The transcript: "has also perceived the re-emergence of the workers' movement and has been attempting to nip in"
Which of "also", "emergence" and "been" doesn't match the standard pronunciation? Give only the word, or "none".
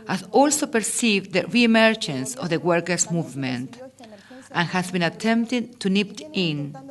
emergence